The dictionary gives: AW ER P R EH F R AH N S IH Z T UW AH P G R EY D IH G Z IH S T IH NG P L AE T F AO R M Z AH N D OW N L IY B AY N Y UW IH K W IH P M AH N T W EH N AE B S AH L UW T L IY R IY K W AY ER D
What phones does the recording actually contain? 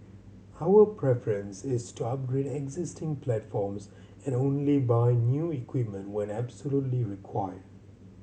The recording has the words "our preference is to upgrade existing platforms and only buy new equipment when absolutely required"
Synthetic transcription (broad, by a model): AW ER P R EH F R AH N S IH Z T UW AH P G R EY D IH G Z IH S T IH NG P L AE T F AO R M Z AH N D OW N L IY B AY N Y UW IH K W IH P M AH N T W EH N AE B S AH L UW T L IY R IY K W AY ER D